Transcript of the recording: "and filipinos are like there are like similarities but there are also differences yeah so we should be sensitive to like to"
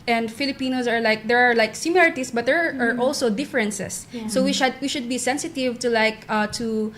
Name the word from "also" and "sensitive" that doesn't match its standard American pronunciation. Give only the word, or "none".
none